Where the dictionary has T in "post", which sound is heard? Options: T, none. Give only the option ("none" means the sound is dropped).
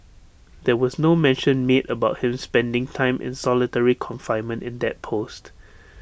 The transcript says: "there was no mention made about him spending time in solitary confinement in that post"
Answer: T